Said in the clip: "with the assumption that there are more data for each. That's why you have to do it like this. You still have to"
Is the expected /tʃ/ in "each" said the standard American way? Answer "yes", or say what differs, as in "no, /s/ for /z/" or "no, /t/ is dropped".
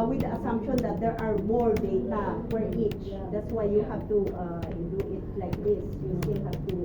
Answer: yes